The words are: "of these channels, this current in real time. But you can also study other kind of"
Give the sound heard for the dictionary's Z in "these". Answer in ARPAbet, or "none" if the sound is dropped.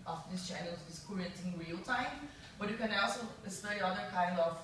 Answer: S